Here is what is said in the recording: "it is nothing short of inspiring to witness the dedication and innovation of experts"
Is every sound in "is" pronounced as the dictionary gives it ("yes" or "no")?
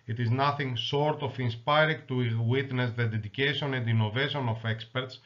yes